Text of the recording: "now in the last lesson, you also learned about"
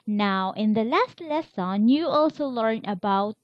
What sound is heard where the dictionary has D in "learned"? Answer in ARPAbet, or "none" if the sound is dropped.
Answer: none